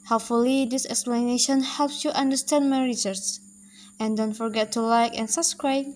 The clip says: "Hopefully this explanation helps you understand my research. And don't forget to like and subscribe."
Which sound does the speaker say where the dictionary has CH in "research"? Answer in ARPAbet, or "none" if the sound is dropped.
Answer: S